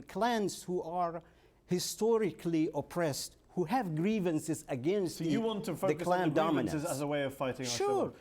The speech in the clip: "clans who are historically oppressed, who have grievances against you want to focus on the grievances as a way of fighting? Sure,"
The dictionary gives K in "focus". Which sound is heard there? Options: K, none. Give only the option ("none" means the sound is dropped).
none